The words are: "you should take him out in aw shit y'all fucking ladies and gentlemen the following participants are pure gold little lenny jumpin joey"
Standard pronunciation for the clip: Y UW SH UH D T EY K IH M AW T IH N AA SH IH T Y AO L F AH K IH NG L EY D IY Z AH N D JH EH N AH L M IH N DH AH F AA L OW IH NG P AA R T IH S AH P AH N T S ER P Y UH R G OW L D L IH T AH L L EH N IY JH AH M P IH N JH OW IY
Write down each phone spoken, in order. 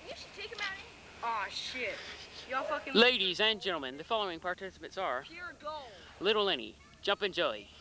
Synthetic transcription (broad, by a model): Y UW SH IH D T EY K IH M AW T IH AA SH IH T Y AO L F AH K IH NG L EY D IY Z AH N JH EH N L M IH N DH AH F AA L OW IH NG P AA R T IH S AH P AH T S ER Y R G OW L L IH T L L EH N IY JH AH M P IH N JH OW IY